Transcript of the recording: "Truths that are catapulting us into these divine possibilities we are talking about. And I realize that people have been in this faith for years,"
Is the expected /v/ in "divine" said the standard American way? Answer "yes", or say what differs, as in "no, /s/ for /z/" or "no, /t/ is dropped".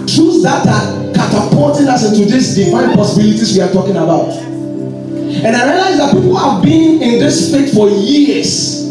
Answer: no, /f/ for /v/